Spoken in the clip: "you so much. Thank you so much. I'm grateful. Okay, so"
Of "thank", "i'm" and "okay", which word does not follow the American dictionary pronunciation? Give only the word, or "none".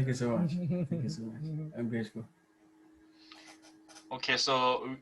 thank